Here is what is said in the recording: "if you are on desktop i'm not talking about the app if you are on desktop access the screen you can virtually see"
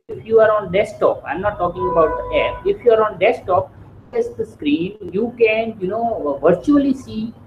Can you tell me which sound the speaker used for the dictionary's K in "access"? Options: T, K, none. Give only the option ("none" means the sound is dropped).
none